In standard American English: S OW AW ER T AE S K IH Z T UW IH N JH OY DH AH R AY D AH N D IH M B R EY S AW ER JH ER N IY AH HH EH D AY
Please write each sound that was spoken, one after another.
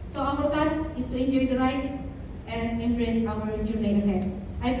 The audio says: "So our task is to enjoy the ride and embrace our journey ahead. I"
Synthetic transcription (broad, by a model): S OW AW ER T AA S IH S T UW IH N JH OY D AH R AY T AH N D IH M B R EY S AW ER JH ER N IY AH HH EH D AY